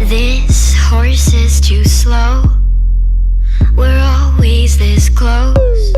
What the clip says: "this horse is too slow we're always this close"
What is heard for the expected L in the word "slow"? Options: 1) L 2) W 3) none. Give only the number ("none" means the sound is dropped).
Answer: 1